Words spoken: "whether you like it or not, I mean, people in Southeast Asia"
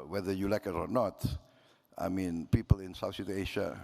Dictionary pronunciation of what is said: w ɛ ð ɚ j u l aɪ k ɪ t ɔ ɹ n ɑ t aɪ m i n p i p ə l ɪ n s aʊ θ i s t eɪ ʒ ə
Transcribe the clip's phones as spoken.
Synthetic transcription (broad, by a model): w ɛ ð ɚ j u l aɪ k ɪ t ɔ ɹ n ɑ t aɪ m i n p i p ə l ɪ n s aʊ s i t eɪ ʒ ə